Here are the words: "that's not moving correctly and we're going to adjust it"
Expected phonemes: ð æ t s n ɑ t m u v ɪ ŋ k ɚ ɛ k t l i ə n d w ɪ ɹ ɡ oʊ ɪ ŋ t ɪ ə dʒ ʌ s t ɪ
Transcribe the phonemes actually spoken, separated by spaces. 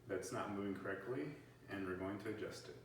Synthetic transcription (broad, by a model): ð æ t s n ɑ t m u v ɪ ŋ k ɚ ɛ k t l i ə n w ɪ ɹ ɡ oʊ ɪ ŋ t ɪ ə dʒ ʌ s t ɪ